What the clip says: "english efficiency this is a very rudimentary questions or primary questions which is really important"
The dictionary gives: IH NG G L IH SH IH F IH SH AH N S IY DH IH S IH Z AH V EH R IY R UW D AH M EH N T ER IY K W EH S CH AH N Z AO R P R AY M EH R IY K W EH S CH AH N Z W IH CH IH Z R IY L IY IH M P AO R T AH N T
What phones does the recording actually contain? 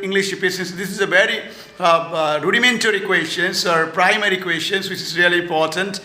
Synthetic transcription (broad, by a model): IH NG G L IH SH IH P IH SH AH N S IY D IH S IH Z AH V EH R IY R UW D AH M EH N T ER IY K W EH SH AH N S AO R P R AY M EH R IY K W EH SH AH N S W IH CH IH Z R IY L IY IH M P AO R T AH N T